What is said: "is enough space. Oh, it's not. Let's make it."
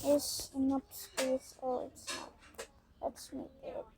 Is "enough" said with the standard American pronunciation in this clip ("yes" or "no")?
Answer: no